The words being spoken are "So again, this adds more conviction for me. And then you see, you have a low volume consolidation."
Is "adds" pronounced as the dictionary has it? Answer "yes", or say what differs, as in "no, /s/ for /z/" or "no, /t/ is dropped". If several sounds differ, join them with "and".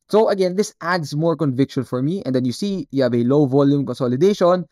no, /s/ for /z/